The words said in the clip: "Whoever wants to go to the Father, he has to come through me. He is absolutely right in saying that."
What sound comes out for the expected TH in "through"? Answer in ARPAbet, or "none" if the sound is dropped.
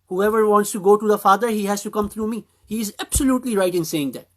T